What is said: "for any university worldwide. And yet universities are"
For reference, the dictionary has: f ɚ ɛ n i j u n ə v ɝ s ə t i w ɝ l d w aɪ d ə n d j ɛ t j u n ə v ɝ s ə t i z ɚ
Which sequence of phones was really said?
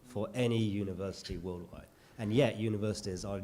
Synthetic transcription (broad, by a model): f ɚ ɛ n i j u n ə v ɝ s ə t i w ɝ l d w aɪ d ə n j ɛ t j u n ə v ɝ s ə t i z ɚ